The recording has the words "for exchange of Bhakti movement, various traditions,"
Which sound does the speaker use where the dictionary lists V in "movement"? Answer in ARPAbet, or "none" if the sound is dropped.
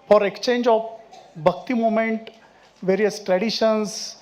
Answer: none